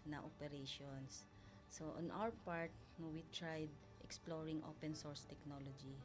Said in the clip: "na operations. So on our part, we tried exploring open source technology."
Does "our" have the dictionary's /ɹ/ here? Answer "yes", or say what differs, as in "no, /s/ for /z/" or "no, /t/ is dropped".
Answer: no, /w/ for /ɹ/